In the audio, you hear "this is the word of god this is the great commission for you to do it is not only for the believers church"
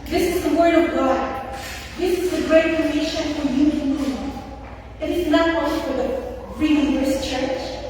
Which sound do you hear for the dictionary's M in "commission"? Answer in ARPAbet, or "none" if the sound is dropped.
none